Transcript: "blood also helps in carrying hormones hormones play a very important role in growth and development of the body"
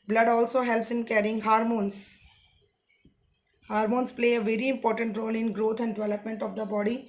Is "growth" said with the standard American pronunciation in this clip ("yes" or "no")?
no